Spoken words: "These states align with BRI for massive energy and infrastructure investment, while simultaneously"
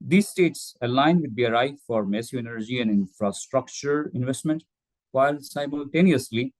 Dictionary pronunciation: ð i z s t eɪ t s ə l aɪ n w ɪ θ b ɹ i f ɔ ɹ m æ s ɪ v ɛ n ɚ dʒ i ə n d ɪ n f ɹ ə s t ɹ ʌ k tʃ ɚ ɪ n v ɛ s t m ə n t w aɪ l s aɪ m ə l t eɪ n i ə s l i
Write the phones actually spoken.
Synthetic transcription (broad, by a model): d i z s t eɪ t s ə l aɪ n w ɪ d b ɹ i f ɔ ɹ m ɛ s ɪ ɛ n ɚ dʒ i ə n d ɪ n f ɹ ə s t ɹ ʌ k tʃ ɚ ɪ n v ɛ s t m ə n t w aɪ l s aɪ m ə l t eɪ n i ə s l i